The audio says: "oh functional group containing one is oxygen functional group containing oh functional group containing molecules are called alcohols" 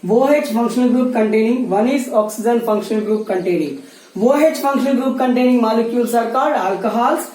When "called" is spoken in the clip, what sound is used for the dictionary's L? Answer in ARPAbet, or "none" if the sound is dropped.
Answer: none